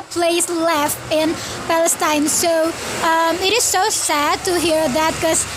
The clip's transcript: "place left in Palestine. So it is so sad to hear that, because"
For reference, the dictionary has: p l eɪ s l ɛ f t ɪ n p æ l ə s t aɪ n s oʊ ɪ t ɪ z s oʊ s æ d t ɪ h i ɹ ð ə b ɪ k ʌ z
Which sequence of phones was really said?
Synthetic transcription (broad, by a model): p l eɪ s l ɛ f t ɪ n p æ l ə s t aɪ n s oʊ ɪ t ɪ z s oʊ s æ d t ɪ h i ɹ ð ə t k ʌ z